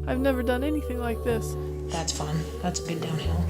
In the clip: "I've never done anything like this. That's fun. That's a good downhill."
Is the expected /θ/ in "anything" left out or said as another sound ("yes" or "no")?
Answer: no